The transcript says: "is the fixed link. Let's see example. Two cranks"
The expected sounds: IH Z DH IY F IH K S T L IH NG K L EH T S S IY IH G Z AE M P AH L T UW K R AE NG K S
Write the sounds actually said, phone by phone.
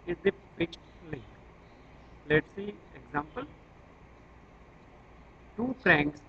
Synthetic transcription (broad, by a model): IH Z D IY P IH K T L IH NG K L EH T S S IY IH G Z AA M P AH L T UW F R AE NG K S